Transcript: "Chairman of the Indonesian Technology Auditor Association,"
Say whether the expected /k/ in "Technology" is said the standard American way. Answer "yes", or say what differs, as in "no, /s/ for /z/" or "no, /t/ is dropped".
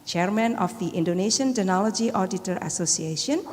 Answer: no, /k/ is dropped